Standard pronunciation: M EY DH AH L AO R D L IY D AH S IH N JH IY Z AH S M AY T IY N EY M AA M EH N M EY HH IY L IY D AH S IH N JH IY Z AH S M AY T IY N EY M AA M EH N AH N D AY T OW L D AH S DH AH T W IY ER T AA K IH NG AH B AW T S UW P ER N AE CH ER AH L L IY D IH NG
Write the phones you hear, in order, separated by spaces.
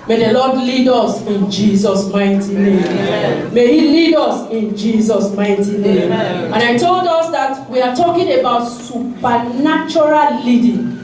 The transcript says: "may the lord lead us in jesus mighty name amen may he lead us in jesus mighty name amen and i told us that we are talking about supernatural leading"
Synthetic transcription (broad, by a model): M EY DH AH L AO D L IY D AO S IH N JH IY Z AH S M AY T IY N EY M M M EY HH IY L IY D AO S IH N JH IY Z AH S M AY T IY N EY M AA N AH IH T OW L D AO S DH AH T W IY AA T AA K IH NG AH B AW T S UW P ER N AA CH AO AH L L IY D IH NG